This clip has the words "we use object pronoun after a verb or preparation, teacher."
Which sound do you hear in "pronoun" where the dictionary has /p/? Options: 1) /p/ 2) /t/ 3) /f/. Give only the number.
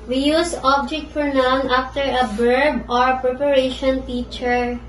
3